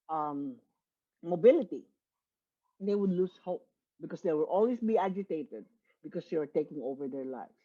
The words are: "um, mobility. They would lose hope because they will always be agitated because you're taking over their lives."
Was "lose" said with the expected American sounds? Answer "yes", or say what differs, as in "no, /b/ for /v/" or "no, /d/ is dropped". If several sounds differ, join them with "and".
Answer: no, /s/ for /z/